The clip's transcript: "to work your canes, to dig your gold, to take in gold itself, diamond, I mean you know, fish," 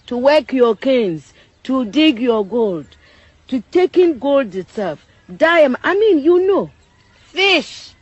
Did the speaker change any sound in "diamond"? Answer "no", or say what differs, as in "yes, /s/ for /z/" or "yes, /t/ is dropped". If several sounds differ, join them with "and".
yes, /m/ is dropped